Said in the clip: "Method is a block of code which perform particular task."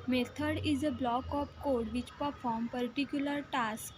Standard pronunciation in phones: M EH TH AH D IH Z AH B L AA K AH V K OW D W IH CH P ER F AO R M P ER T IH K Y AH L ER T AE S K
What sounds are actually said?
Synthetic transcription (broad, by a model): M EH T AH D IH Z AH B L AA K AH P K OW D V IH CH P ER F AO R M P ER T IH K Y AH L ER T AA S K